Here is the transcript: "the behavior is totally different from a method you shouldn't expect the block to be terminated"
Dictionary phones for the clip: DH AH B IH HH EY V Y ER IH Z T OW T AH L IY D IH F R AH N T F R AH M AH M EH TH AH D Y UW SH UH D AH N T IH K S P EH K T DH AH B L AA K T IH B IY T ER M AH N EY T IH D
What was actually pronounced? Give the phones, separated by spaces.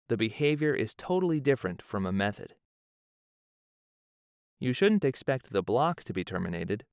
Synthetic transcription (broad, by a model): DH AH B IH HH EY V Y ER IH Z T OW T L IY D IH F R AH N T F R AH M AH M EH TH AH D Y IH SH UH D N T IH K S P EH K T DH AH B L AA K T IH B IY T ER M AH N EY T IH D